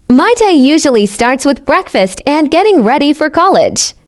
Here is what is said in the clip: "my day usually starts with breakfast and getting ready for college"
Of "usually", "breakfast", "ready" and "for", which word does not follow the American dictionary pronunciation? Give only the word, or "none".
none